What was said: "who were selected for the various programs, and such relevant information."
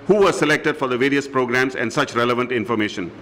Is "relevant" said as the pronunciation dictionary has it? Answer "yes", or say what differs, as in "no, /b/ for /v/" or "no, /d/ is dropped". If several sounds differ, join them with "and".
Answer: yes